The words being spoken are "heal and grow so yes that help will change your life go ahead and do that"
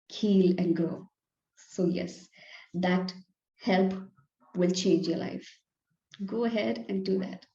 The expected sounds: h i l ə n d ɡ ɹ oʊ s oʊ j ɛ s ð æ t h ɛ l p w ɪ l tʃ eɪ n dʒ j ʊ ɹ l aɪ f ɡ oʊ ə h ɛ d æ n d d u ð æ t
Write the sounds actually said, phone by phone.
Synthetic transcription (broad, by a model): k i l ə n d ɡ oʊ s oʊ j ɛ s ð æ t h ɛ l p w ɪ l tʃ eɪ n dʒ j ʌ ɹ l aɪ f ɡ oʊ ə h ɛ d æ n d d u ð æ t